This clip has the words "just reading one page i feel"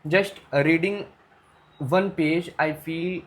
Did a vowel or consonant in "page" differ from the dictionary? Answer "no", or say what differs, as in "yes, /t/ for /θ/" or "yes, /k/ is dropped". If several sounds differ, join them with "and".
no